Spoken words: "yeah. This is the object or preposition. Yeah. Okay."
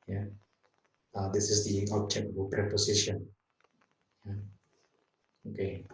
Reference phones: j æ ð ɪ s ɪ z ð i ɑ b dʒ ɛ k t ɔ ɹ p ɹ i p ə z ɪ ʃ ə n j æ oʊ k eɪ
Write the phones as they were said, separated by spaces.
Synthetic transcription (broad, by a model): j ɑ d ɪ s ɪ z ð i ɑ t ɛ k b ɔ l p ɹ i p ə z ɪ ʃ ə n j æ oʊ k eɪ